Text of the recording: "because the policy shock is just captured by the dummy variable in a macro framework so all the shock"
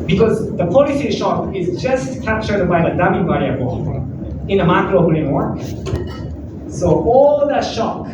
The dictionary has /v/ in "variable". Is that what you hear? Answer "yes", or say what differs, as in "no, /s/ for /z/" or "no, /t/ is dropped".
no, /b/ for /v/